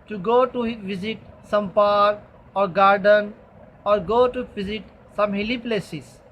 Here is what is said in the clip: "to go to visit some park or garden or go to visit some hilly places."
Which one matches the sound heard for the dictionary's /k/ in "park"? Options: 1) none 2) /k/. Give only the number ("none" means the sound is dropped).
1